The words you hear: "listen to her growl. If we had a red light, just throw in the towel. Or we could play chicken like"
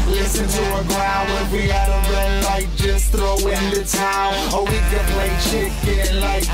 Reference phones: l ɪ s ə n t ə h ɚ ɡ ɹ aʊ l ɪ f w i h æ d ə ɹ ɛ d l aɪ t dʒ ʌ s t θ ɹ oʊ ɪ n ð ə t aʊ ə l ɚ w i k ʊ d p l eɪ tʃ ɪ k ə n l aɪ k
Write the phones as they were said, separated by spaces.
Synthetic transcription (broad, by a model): l ɪ s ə n t ə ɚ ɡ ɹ aʊ n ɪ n w i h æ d ə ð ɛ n l aɪ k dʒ ʌ s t θ ɹ oʊ ɪ n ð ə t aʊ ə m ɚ w i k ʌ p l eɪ tʃ ɪ k ə n l aɪ k